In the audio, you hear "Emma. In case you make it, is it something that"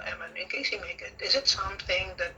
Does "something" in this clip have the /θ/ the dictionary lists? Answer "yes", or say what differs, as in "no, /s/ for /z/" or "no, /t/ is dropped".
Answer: yes